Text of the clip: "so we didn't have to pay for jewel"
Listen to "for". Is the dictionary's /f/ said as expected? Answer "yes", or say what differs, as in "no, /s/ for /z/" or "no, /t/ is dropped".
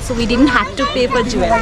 no, /p/ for /f/